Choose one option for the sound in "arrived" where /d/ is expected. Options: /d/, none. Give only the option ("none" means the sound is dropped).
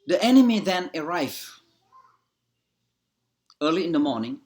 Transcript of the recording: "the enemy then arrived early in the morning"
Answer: none